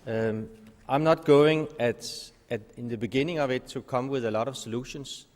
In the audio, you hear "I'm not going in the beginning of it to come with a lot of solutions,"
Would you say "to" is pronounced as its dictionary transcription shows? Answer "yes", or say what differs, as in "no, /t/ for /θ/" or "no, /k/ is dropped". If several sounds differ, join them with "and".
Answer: yes